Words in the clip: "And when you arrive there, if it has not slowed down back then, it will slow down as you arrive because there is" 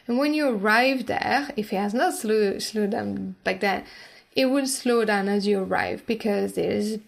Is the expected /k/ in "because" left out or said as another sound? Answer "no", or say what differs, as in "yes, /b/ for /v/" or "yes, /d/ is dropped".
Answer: no